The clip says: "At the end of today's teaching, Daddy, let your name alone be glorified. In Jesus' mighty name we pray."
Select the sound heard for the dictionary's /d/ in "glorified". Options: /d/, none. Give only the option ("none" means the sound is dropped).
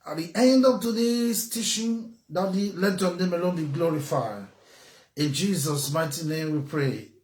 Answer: none